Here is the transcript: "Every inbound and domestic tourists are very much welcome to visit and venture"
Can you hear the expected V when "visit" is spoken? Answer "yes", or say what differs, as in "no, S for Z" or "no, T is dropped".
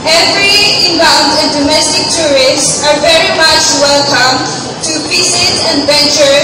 no, P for V